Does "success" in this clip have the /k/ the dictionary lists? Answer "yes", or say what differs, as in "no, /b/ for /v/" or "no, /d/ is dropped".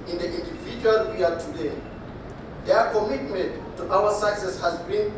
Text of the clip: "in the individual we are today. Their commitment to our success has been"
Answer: no, /k/ is dropped